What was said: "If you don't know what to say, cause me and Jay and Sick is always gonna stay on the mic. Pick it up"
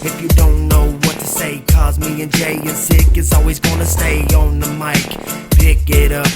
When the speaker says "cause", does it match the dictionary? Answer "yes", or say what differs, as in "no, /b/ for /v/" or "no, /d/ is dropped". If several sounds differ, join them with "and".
yes